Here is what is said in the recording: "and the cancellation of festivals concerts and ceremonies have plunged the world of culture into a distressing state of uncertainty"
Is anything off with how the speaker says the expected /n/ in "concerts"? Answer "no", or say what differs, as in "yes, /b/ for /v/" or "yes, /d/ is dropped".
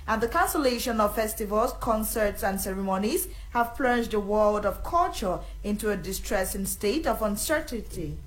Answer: no